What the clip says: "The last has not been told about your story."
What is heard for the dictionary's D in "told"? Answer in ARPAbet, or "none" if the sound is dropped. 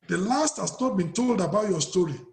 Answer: D